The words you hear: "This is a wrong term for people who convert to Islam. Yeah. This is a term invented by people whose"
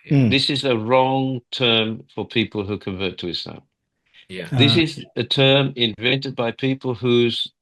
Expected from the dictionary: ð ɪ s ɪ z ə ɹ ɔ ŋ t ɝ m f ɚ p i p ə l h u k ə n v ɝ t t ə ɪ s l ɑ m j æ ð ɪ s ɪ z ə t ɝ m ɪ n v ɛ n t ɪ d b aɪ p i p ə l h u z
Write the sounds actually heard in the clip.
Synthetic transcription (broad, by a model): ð ɪ s ɪ z ə ɹ ɔ ŋ t ɝ m f ɚ p i p ə l h u k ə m v ɝ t t ə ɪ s ɑ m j ð ɪ s ɪ z ə t ɝ m ɪ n v ɛ n t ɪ d b aɪ p i p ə l h u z